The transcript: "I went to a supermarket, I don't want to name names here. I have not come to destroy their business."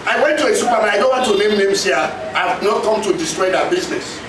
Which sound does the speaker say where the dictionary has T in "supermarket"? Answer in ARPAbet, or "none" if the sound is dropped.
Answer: none